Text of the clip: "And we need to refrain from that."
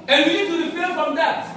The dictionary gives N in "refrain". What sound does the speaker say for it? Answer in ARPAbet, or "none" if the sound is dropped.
L